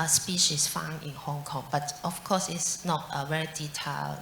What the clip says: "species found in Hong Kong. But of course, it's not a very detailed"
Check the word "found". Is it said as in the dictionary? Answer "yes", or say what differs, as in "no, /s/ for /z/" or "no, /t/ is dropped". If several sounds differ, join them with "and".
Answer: no, /d/ is dropped